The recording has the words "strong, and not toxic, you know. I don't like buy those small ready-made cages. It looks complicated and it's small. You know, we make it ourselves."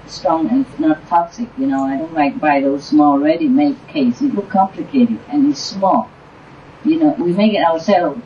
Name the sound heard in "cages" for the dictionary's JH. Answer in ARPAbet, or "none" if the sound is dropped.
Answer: none